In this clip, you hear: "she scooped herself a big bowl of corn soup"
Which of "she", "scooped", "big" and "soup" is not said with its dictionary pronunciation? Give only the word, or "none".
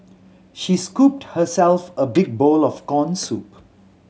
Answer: none